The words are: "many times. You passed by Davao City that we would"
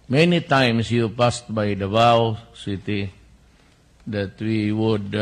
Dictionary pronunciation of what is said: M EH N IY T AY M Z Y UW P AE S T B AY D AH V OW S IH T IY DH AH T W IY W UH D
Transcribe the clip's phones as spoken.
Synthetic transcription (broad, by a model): M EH N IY T AY M S Y UW P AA S T B AY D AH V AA S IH T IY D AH T W IY W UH D